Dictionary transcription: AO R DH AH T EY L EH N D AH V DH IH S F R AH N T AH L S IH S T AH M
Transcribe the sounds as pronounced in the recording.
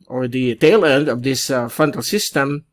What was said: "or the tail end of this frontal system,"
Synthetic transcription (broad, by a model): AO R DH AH T EY L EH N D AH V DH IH S F AH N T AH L S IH S T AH M